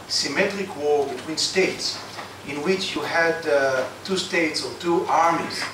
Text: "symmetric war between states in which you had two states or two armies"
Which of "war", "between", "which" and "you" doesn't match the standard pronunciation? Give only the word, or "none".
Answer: none